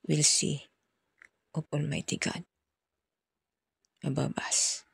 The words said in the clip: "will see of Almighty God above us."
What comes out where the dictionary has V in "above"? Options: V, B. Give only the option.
B